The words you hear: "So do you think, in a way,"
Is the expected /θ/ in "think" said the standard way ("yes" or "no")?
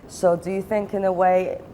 yes